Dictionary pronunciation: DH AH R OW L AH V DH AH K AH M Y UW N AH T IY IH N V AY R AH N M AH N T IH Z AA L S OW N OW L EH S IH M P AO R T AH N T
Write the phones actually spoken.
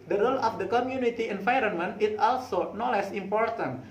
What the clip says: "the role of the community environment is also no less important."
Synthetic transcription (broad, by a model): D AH R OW L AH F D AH K AH M Y UW N AH T IY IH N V AY R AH N M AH N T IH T AA L S OW N OW L EH S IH M P AO R T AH N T